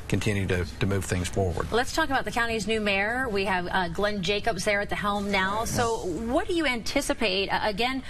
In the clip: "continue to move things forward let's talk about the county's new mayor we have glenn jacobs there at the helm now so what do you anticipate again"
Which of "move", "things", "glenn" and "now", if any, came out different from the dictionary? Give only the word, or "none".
none